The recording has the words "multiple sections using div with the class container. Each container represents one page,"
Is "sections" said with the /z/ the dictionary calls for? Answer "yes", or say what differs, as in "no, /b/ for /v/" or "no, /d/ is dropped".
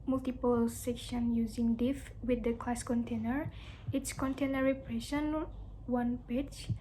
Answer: no, /z/ is dropped